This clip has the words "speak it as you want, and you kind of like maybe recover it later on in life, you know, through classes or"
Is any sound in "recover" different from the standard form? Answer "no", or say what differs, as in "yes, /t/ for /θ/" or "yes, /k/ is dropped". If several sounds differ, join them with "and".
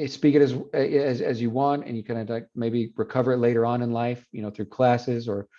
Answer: no